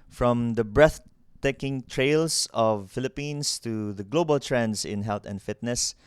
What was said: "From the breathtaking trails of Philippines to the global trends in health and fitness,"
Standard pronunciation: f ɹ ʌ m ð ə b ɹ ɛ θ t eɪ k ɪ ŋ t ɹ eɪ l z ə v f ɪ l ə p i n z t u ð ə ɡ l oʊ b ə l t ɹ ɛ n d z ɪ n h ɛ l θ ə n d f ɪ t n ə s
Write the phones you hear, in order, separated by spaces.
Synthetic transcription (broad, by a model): f ɹ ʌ m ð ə b ɹ ɛ θ t eɪ k ɪ ŋ t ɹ eɪ l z ə v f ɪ l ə p i n s t u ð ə ɡ l oʊ b ə l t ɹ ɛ n d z ɪ n h ɛ l t ə n d f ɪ t n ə s